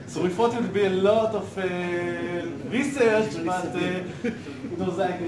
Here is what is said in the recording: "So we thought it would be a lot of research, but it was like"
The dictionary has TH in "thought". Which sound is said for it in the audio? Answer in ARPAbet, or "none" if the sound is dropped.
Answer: F